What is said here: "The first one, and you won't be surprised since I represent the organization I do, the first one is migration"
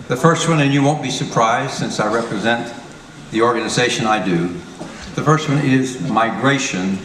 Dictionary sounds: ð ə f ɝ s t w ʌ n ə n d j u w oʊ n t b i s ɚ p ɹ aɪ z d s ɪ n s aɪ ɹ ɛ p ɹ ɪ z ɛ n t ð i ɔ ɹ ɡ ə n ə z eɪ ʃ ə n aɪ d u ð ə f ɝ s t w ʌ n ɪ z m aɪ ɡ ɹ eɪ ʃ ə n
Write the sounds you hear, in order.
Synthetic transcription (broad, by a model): ð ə f ɝ s t w ʌ n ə n j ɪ w oʊ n b i s ɚ p ɹ aɪ z d s ɪ n s aɪ ɹ ɛ p ɹ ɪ z ɛ n ð i ɔ ɹ ɡ ə n ə z eɪ ʃ ə n aɪ d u ð ə f ɝ s t w ʌ n ɪ z m aɪ ɡ ɹ eɪ ʃ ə n